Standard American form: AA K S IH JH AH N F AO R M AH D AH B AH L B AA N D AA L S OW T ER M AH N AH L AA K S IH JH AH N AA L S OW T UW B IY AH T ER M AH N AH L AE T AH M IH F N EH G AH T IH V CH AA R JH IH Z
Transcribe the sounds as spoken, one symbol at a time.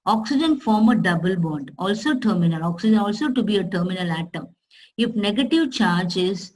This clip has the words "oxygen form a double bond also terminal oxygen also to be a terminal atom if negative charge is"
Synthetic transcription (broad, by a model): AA K S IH JH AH N F AO R M AH D AH B AH L B AA N D AA L S OW T ER M AH N AH L AA K S IH JH AH N AA L S OW T UW B IY AH T ER M AH N AH L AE T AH IH F N EH G AH T IH V CH AA R JH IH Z